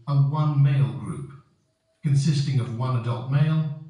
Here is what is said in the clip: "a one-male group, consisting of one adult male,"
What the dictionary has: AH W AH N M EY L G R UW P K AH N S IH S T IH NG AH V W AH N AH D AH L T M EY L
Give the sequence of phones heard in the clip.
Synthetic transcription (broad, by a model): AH W AH N M EY L G R UW P K AH N S IH S T IH NG AH V W AH N AH D AH L T M EY L